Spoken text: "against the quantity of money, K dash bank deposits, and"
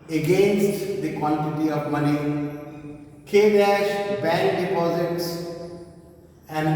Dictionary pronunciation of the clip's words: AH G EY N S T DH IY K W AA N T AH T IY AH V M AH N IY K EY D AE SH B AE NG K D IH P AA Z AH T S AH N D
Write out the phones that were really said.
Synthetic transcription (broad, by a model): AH G EY N S T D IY K W AA N T AH T IY AH V M AH N IY K EY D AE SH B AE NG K D IH P AA Z AH T S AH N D